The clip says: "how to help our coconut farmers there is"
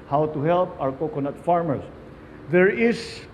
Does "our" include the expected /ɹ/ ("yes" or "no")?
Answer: no